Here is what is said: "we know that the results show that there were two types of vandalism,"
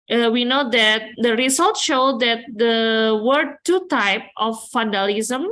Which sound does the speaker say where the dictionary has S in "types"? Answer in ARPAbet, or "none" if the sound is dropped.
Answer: none